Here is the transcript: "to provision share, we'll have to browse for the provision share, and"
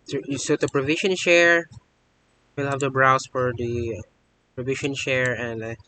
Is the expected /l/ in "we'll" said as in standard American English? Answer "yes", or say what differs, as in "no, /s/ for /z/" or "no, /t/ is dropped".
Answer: yes